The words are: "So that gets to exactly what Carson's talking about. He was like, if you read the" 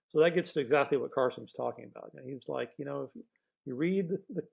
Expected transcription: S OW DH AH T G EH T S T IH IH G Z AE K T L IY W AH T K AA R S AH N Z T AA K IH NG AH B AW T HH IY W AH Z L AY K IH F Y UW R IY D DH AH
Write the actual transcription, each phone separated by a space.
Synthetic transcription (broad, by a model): S OW DH AH T G EH T S T IH IH G Z AE K T L IY W AH T K AA R S AH N Z T AA K IH NG AH B AW T HH IY W AH Z L AY K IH F Y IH R IY D DH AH